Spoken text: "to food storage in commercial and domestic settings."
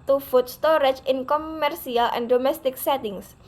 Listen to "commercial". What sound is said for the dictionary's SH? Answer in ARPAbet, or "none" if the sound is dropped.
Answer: S